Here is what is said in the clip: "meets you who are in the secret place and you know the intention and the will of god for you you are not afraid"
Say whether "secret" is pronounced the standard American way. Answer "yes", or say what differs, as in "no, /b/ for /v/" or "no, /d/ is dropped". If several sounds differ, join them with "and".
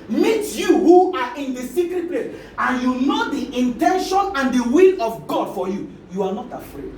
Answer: yes